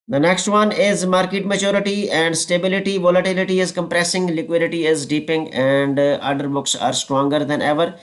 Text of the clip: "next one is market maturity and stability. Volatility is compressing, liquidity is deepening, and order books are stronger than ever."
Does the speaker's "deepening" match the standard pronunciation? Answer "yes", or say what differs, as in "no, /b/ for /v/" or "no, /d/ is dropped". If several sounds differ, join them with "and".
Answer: no, /n/ is dropped